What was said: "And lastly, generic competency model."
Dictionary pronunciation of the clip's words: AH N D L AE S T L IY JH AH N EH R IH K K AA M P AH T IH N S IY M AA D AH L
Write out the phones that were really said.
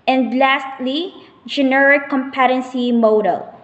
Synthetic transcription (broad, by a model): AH N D L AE S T L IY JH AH N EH R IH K K AA M P AH T IH N S IY M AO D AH L